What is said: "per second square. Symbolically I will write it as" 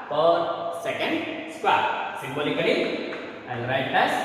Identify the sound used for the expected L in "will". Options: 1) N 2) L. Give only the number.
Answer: 1